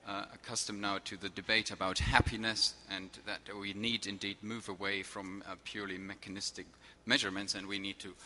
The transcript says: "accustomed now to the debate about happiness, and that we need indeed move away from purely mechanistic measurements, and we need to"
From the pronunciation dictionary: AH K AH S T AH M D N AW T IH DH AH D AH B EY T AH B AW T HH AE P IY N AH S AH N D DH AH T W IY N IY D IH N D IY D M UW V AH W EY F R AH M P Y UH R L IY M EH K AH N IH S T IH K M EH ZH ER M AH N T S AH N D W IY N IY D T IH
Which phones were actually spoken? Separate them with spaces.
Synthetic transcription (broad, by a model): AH K AH S T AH M N AW T IH DH AH D AH B EY T AH B AW T HH AE P IY N AH S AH N DH AH T W IY N IY D IH N D IY D M UW V AH W EY F R AH M P Y UH R L IY M EH K AH N IH S T IH K M EH ZH ER M AH N T S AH N W IY N IY D T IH